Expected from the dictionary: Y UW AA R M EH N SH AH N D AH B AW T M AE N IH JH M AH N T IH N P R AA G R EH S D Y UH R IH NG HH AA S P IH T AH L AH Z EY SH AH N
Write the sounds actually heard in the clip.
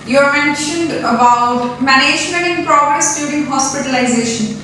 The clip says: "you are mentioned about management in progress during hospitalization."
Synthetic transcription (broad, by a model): Y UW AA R M EH N SH AH N D AH B AW T M AE N IH JH M AH N T IH N P R AA G R EH S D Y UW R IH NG HH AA S P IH T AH L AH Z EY SH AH N